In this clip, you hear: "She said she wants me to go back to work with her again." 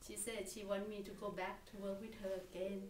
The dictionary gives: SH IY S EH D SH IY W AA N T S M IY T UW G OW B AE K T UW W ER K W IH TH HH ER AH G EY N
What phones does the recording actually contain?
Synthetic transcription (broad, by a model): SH IY S EH D SH IY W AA N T M IY T UW G OW B AE K T UW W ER K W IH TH HH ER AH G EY N